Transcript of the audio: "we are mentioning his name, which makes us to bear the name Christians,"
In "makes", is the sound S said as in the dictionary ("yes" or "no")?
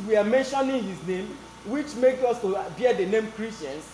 no